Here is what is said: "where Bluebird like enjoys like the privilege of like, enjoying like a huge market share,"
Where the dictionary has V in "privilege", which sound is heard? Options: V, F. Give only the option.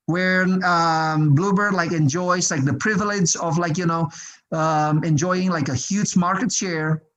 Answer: V